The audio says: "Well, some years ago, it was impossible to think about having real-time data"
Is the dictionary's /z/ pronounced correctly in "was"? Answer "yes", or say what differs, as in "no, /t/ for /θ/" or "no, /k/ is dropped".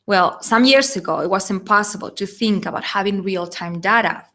no, /s/ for /z/